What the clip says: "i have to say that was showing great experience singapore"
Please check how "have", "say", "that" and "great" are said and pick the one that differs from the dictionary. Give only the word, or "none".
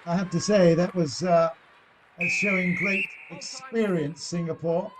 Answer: have